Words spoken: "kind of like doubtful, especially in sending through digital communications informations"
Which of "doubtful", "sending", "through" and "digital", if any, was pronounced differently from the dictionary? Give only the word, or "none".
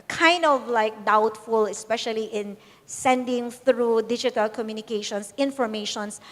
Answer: none